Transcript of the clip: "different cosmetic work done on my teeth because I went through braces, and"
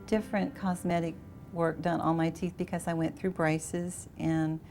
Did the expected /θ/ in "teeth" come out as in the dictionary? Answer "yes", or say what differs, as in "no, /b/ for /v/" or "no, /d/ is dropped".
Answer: yes